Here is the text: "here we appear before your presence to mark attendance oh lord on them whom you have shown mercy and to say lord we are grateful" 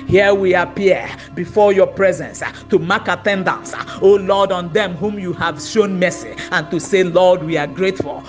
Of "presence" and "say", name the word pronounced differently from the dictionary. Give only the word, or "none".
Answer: none